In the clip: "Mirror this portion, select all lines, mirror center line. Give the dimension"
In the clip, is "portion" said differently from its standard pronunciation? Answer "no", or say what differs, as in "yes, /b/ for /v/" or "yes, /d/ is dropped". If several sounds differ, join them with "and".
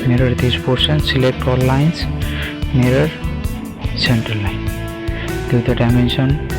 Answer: yes, /s/ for /ʃ/